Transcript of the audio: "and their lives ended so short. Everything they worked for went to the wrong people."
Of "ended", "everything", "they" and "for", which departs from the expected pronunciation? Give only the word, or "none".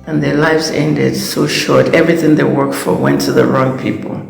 none